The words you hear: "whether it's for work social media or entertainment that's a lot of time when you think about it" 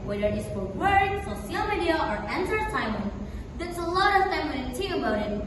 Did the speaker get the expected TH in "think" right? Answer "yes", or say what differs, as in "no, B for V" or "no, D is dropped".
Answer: no, T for TH